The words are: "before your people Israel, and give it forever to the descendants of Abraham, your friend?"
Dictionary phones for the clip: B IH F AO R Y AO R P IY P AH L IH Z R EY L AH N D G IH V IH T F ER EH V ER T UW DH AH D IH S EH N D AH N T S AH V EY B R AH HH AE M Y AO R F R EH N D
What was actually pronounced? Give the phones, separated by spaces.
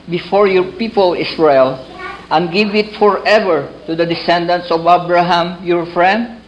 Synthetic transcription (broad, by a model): B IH F AO R Y AO R P IY P AH L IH S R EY L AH N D G IH V IH T F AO EH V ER T UW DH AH D IH S EH N D AH N T S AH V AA B R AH HH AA M Y AO R F R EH N D